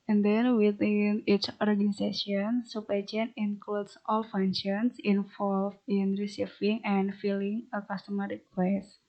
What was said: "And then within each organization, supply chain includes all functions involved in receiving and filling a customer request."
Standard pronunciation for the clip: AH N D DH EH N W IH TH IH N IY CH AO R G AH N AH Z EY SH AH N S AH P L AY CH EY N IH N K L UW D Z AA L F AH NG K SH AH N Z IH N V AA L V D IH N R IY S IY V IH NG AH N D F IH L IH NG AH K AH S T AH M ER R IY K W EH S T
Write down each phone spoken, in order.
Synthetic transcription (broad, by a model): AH N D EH N W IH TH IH N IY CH AO R G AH N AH S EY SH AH N S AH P AY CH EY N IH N K L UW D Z AA L F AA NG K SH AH N S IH N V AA L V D IH N R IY S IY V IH NG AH N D F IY L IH NG AH K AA S T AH M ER R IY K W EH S